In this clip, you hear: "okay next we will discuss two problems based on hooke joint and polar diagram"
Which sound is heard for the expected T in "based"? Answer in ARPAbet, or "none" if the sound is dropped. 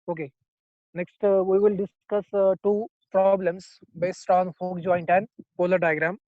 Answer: T